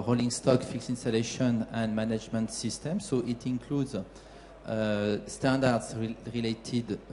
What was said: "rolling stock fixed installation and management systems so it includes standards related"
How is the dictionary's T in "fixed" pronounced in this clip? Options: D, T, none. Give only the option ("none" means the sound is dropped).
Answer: none